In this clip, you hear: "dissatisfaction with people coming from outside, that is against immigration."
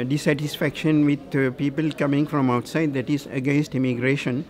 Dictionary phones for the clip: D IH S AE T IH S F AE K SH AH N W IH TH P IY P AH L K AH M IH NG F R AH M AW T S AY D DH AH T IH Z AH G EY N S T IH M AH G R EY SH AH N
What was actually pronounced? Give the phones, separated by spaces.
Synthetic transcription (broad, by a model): D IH S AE T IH S F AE K SH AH N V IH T P IY P AH L K AH M IH NG F R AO M AW T S AY D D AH T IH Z AH G EY N S T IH M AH G R EY SH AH N